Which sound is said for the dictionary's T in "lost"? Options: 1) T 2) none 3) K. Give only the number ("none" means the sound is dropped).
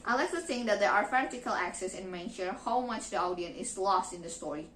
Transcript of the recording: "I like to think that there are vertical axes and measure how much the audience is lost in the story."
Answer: 1